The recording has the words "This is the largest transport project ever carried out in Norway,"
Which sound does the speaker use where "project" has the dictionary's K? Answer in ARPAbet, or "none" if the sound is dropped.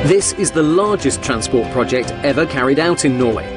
K